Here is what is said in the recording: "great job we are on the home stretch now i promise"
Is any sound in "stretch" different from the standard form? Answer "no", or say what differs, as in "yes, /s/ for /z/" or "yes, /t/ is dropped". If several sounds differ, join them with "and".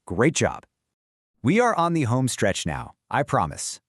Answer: no